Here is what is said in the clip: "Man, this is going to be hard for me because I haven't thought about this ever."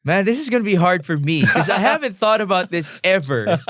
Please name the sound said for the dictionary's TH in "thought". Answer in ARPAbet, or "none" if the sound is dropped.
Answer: TH